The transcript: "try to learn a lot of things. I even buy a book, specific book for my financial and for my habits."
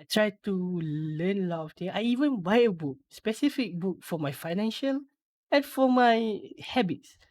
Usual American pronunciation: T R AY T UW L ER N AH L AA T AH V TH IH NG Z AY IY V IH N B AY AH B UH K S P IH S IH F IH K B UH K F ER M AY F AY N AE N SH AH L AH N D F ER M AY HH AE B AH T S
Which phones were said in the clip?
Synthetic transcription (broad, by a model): T R AY T UW L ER N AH L AA T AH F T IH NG AY IY V IH N B AY AH B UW K S P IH S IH F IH K B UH K F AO M AY F AY N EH N SH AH L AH N F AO M AY HH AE B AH T S